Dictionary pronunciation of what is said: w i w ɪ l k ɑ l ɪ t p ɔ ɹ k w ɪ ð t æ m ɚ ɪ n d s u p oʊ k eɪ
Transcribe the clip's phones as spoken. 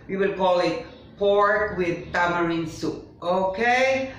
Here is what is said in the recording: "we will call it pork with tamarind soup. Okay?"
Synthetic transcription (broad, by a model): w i w ɪ l k ɑ l ɪ t p ɔ ɹ k w ɪ ð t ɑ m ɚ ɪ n s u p oʊ k eɪ